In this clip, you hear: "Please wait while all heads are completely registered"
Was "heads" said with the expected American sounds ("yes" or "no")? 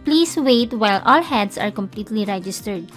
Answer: no